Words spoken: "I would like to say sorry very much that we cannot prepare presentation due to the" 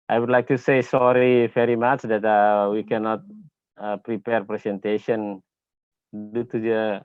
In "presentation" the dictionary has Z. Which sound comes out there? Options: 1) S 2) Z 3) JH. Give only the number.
1